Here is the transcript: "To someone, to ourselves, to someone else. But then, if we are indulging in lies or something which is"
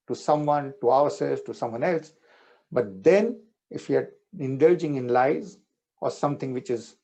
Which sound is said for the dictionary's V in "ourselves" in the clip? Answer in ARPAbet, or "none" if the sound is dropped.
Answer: none